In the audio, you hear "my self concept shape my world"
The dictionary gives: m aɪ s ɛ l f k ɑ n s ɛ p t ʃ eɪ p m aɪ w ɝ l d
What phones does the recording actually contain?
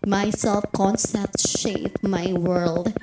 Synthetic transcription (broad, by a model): m aɪ s ɛ l f k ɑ n s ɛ t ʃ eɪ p m aɪ w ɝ l d